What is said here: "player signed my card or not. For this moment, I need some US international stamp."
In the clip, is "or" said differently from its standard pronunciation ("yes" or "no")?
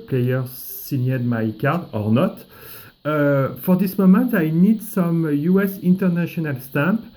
no